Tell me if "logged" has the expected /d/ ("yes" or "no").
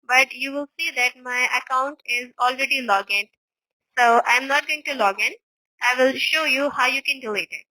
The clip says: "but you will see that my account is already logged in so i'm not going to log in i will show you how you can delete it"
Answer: no